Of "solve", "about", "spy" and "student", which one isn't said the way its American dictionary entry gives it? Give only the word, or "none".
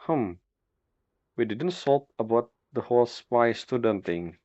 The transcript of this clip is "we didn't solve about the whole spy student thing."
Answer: solve